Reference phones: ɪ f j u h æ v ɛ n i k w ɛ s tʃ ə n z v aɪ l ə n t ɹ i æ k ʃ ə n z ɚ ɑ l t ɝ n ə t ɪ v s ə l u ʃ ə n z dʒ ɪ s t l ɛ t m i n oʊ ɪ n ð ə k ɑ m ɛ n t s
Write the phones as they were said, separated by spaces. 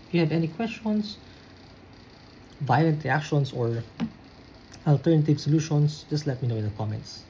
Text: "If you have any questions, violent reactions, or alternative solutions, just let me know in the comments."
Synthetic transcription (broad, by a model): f j u h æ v ɛ n i k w ɛ s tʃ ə n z v aɪ l ə n t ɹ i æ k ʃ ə n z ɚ ɑ l t ɝ n ə t ɪ v s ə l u ʃ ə n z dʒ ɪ s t l ɛ t m i n oʊ ɪ n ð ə k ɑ m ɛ n t s